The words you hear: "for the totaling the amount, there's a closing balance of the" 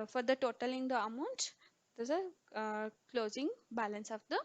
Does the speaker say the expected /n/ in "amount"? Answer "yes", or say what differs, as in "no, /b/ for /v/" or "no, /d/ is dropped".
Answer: yes